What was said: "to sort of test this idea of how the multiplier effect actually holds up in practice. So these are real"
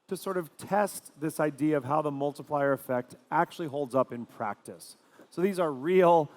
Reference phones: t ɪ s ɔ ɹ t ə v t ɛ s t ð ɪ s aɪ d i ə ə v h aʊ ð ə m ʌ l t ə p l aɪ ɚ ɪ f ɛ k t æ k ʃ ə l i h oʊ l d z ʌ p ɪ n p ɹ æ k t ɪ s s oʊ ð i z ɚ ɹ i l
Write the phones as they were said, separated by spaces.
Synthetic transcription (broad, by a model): t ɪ s ɔ ɹ t ə v t ɛ s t ð ɪ s aɪ d i ə ə v h aʊ ð ə m ʌ l t ə p l aɪ ɚ ɪ f ɛ k t æ k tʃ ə l i h oʊ l d z ʌ p ɪ n p ɹ æ k t ɪ s s oʊ ð i z ɚ ɹ i l